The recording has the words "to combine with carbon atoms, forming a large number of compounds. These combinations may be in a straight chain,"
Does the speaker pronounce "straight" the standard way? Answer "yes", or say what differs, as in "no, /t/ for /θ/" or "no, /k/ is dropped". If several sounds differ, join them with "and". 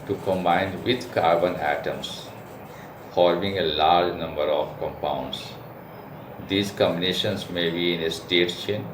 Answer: no, /ɹ/ is dropped